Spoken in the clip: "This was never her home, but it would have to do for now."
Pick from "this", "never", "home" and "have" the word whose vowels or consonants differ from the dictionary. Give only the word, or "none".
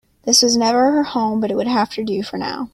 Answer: have